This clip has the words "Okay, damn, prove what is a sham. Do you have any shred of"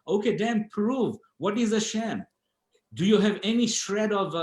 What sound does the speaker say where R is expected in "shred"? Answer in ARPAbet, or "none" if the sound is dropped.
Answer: R